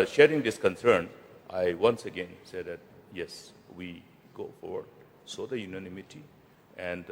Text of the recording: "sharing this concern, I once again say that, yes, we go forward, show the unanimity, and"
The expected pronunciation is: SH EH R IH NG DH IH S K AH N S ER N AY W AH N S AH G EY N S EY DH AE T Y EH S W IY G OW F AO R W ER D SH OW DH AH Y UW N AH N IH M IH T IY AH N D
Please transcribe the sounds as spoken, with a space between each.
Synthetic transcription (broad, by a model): SH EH R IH NG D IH S K AH N S ER N AY W AH N S AH G EY N S EY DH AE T Y EH S W IY G OW F AO R W ER D S OW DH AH Y UW N AH N IH M IH T IY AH N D